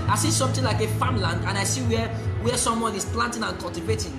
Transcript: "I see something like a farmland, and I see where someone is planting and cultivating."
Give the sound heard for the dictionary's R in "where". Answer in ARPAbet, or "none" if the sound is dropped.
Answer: W